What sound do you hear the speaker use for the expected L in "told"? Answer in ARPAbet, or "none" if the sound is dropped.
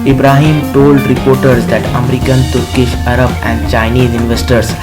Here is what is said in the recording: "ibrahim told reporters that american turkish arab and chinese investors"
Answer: L